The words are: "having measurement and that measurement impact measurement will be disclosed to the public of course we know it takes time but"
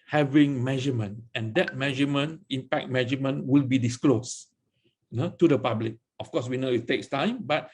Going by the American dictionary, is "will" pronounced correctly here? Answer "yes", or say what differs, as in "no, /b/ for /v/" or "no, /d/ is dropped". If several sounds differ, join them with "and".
yes